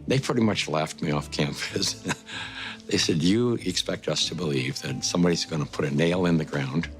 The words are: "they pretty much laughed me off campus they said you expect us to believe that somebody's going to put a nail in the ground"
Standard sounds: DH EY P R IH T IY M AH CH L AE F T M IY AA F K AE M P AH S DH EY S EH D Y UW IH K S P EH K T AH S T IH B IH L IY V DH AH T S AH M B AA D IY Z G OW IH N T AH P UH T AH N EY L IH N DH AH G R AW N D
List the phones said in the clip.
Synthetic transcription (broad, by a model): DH EY P R IH T IY M AH CH L AE F T M IY AA F K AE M F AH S DH EY S EH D Y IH IH K S P EH K T AH S T IH B IH L IY V DH AH T S AH M B AA D IY Z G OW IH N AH P UH T AH N EY L IH N DH AH G R AW N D